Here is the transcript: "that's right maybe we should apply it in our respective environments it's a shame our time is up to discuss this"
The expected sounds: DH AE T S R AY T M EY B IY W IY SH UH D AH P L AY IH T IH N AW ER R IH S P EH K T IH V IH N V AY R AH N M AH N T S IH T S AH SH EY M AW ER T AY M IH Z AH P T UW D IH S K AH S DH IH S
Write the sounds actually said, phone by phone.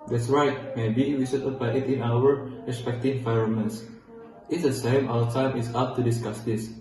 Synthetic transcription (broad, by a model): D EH T S R AY T M EY B IY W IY S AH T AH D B AY IH T IH N AW ER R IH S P EH K T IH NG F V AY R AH M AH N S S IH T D AH S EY M AW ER T AY M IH S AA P T UW D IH S K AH S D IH S